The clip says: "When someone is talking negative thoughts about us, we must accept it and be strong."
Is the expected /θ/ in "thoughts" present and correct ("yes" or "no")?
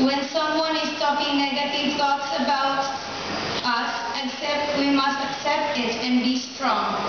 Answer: no